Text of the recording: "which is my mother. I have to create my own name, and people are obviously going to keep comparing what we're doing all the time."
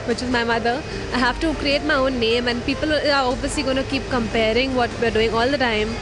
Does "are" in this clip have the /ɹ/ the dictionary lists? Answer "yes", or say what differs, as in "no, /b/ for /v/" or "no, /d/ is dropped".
no, /l/ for /ɹ/